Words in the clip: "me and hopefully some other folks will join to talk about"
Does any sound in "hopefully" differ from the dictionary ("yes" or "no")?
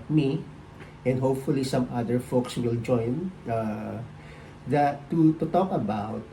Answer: no